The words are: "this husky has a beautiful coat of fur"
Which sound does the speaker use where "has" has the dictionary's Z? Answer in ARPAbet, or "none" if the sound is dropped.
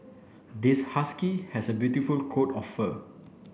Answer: S